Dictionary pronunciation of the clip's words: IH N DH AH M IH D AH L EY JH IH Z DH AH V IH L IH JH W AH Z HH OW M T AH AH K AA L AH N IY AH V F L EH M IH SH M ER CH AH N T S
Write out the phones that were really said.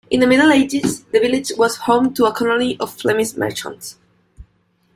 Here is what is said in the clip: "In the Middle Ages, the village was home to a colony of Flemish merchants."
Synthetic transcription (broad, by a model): IH N DH AH M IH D L EY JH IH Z DH AH V IH L IH JH W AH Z HH OW M T AH AH K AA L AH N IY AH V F L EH M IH S M ER CH AH N T S